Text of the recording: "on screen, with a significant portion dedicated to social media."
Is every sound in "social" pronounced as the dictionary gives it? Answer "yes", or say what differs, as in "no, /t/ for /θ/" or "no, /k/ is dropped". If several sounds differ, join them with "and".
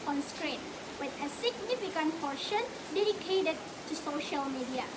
yes